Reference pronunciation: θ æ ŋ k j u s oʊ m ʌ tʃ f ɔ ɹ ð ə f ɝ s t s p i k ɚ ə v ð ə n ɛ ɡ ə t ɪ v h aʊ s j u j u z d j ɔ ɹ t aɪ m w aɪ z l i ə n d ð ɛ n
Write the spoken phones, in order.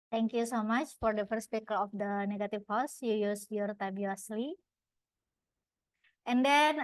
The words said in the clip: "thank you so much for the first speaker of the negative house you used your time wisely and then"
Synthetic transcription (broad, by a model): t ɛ ŋ k j u s oʊ m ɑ tʃ f ɔ ɹ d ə f ɝ s t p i k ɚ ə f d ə n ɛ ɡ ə t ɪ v h aʊ s j u j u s j ɔ ɹ t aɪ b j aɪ s l i ə n d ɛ n